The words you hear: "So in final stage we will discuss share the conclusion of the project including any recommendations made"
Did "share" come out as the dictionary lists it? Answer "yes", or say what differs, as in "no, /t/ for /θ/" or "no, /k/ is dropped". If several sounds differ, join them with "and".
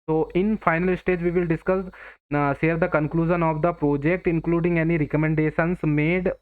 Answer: no, /s/ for /ʃ/